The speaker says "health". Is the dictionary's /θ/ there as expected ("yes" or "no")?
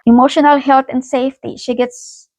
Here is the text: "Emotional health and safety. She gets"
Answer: no